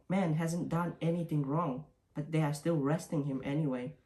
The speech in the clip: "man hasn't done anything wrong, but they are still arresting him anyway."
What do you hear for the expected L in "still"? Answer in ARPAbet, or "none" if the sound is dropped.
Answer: L